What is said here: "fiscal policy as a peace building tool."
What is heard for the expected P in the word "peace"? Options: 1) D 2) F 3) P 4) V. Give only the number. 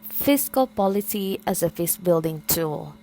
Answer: 2